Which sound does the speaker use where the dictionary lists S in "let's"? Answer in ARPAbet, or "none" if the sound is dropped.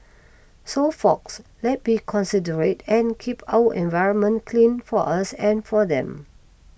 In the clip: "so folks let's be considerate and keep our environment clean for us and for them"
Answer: none